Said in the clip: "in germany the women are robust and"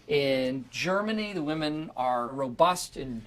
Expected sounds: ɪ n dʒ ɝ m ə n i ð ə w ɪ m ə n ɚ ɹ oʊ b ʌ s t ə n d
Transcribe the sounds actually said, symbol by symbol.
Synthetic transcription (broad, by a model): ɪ n dʒ ɝ m ə n i ð ə w ɪ m ə n ɚ ɹ oʊ b ʌ s t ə n